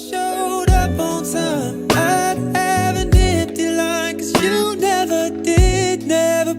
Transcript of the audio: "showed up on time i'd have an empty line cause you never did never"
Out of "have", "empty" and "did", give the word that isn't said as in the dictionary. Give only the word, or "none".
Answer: empty